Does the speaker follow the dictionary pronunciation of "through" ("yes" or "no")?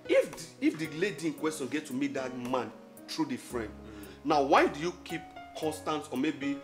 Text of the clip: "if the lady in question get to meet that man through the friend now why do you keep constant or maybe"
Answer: no